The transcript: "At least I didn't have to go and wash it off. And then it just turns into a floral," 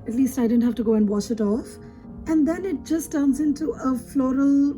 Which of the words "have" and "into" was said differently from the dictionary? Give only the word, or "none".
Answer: have